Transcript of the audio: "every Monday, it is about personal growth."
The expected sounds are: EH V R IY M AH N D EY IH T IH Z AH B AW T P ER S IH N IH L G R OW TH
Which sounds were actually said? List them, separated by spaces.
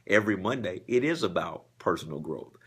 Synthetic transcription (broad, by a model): EH V R IY M AH N D EY IH T IH Z AH B AW T P ER S N L G R OW TH